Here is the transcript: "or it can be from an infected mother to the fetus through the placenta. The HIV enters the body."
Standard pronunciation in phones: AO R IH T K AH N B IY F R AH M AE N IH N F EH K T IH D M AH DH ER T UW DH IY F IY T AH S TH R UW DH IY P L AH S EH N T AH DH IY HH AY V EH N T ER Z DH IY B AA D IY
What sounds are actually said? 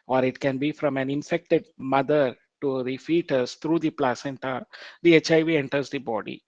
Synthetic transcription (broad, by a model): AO R IH T K AH N B IY F R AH M AE N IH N F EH K T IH D M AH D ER T UW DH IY F IY T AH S T R UW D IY P L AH S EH N T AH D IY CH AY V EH N T ER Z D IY B AA D IY